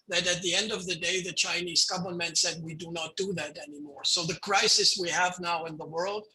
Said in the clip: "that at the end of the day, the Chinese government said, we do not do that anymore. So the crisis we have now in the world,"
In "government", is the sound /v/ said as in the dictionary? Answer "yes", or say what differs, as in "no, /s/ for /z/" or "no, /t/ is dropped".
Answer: no, /b/ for /v/